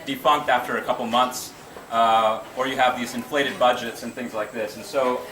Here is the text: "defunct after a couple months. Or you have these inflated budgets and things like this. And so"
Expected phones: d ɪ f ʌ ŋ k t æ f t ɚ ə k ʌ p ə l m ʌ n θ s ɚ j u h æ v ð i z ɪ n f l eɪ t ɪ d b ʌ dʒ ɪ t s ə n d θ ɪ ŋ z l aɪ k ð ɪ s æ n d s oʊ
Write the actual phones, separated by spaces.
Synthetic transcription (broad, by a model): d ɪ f ʌ ŋ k t æ f t ɚ ə k ʌ p l m ʌ n θ s ɚ j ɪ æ v ð i z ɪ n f l eɪ t ɪ d b ʌ dʒ ɪ t s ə n θ ɪ ŋ z l aɪ k ð ɪ s n s oʊ